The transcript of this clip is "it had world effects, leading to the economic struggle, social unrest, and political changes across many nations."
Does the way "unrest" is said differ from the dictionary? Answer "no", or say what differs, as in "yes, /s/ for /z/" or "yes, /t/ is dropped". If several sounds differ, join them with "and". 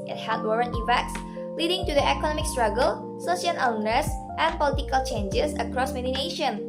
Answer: yes, /ɹ/ is dropped